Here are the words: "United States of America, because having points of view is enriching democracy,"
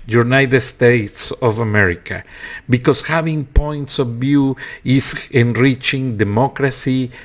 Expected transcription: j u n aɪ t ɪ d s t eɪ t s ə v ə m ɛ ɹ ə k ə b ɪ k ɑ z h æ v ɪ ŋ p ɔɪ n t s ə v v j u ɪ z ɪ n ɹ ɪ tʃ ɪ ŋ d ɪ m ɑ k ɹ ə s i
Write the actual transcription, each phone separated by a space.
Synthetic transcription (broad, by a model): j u n aɪ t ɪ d s t eɪ t s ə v ə m ɛ ɹ ə k ə b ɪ k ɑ s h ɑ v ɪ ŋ p ɔɪ n t s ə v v j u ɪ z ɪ n ɹ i tʃ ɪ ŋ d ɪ m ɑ k ɹ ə s i